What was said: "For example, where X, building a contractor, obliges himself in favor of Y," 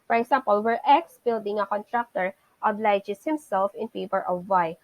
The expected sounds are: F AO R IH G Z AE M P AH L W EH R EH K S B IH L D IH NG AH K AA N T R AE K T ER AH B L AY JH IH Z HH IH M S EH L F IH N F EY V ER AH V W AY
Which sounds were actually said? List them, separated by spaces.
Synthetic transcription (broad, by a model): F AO R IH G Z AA M P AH L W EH R EH K S B IH L D IH NG AH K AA N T R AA K T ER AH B L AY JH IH S HH IH M S EH L F IH N P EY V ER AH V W AY